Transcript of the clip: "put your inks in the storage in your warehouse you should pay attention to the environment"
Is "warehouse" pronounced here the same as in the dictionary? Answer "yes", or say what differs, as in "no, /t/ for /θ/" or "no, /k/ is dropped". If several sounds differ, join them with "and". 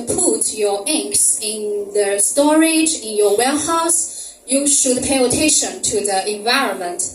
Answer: no, /l/ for /ɹ/